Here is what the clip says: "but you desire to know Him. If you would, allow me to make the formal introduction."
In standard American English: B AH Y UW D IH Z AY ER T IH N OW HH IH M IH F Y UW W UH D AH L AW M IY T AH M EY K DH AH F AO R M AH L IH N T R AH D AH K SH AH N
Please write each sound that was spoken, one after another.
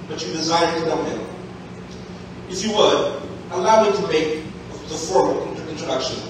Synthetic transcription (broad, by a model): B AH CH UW D IH Z AY ER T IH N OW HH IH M IH F Y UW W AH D AH L AW M IY T AH M EY K DH AH F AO R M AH N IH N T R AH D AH K SH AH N